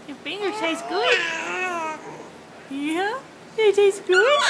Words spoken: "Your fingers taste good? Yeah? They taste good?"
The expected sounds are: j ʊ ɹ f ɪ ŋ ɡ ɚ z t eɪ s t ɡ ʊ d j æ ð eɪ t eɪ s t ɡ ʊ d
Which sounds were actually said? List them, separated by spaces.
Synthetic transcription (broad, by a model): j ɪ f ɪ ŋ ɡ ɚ t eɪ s ɡ ʊ d j æ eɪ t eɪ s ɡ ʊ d